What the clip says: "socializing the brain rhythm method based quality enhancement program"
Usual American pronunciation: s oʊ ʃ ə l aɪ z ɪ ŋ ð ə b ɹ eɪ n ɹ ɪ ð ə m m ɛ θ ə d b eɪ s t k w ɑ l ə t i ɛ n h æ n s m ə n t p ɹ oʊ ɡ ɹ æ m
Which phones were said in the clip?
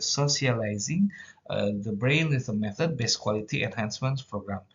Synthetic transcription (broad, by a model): s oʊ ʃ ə l aɪ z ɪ ŋ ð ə b ɹ eɪ n w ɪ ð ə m m ɛ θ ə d b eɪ s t k w ɑ l ə t i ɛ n h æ n s m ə n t p ɹ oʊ ɡ ɹ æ m